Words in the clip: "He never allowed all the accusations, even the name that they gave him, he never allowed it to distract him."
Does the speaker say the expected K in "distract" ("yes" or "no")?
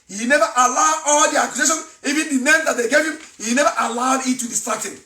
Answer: no